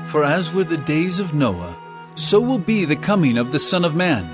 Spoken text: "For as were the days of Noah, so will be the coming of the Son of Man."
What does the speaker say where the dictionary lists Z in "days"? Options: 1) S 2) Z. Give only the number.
2